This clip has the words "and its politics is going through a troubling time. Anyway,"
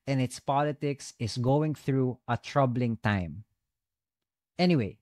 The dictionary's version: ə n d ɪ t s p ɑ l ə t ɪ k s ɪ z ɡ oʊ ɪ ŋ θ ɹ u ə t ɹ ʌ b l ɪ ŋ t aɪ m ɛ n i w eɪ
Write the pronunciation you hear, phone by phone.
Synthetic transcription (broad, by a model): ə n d ɪ t s p ɑ l ə t ɪ k s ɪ s ɡ oʊ ɪ ŋ θ ɹ u ə t ɹ ʌ b l ɪ ŋ t aɪ m ɛ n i w eɪ